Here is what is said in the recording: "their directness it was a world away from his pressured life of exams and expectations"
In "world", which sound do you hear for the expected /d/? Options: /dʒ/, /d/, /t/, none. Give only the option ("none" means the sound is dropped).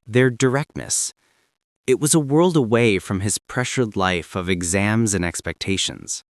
/d/